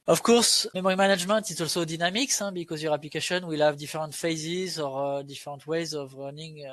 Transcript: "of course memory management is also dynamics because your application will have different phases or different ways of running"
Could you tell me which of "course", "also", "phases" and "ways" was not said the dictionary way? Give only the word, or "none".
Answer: none